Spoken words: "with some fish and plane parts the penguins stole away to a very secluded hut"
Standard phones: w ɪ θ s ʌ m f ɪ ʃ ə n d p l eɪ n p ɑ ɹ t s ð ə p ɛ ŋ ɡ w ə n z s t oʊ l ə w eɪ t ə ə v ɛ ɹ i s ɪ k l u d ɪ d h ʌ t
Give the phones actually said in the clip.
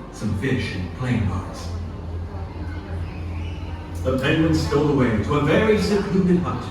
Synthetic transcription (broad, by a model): s ʌ m f ɪ ʃ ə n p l eɪ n b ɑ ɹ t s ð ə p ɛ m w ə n s t oʊ l ə w eɪ t ə ə v ɛ ɹ i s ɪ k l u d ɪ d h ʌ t